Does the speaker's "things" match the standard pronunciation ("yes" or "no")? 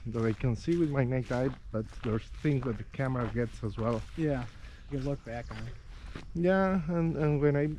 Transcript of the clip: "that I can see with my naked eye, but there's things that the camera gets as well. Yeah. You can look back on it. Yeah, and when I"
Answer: yes